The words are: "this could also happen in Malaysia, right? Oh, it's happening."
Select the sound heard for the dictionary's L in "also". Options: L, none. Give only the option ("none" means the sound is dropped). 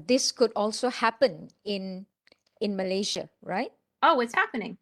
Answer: L